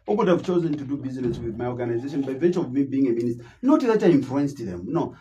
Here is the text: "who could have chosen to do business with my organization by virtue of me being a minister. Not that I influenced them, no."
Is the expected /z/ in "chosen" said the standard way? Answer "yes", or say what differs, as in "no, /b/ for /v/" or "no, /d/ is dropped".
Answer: yes